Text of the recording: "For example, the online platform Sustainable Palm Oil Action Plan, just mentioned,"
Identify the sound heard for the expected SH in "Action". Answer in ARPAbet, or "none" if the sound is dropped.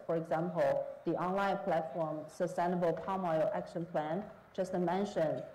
SH